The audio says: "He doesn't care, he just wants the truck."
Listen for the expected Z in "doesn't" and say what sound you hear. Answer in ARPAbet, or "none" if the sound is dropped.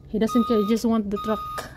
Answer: S